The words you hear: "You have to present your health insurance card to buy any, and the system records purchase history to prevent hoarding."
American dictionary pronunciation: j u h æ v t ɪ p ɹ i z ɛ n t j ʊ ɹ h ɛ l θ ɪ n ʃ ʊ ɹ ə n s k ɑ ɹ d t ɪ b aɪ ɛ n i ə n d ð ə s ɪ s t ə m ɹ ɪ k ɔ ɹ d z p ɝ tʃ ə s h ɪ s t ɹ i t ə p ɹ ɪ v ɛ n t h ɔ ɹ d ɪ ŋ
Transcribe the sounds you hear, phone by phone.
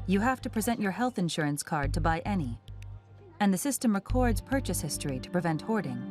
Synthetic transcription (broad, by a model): j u h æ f t ɪ p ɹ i z ɛ n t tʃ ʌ ɹ h ɛ l θ ɪ n ʃ ʊ ɹ ə n s k ɑ ɹ d t ɪ b aɪ ɛ n i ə n ð ə s ɪ s t ə m ɹ ɪ k ɔ ɹ d z p ɝ tʃ ə s h ɪ s t ɹ i t ə p ɹ ɪ v ɛ n t h ɔ ɹ d ɪ ŋ